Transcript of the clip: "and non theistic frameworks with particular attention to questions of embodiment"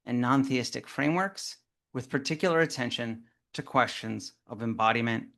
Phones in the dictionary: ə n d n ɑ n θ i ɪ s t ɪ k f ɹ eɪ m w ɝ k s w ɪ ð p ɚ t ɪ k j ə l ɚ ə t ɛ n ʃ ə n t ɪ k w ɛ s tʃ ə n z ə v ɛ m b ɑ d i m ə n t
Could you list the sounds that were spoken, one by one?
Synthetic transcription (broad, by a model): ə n n ɑ n θ i ɪ s t ɪ k f ɹ eɪ m w ɝ k s w ɪ ð p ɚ t ɪ k j l ɚ ə t ɛ n ʃ ə n t ɪ k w ɛ s tʃ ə n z ə v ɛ m b ɑ d i m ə n t